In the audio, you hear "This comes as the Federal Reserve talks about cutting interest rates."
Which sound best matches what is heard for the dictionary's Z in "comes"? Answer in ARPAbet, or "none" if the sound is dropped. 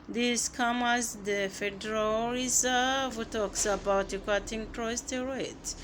none